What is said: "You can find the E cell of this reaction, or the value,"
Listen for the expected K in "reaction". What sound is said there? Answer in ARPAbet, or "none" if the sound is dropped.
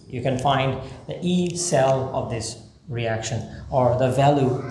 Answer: K